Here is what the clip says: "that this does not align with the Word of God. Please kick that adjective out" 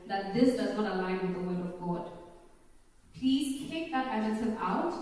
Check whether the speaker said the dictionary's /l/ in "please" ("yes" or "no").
yes